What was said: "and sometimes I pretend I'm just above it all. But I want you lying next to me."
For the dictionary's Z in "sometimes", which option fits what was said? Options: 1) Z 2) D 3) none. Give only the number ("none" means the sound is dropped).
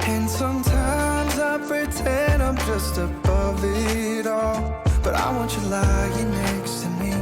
1